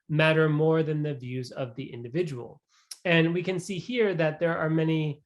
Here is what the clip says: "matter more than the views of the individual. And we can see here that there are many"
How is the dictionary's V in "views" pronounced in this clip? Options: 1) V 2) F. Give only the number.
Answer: 1